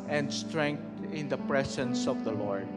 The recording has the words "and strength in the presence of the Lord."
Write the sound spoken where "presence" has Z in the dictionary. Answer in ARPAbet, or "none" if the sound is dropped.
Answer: S